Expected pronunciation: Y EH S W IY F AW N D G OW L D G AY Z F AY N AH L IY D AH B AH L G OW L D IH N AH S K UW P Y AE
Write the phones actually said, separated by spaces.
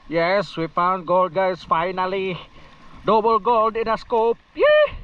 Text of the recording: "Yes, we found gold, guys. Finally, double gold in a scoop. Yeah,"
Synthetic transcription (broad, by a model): Y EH S W IY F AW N G OW L D G AY S F AY N AH L IY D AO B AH L G OW L D IH N AH S K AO P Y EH